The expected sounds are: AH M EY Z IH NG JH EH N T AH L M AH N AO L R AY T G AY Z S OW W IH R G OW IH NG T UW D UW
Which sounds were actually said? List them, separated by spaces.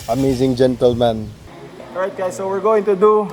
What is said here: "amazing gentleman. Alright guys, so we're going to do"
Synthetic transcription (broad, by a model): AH M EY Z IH NG JH EH N T AH L M AH N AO R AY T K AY S OW W IH R G OW IH NG T UW D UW